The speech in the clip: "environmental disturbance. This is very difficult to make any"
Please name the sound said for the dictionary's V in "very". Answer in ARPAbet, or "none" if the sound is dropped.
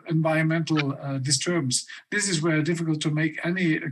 W